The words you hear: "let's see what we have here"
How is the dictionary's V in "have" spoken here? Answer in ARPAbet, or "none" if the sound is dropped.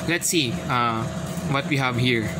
V